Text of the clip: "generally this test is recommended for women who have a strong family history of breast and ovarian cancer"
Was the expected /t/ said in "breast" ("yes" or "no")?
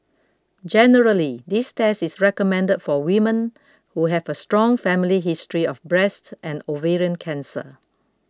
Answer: yes